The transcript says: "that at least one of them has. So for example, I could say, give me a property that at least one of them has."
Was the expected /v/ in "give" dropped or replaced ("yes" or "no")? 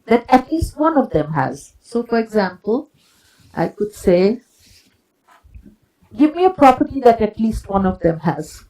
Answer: no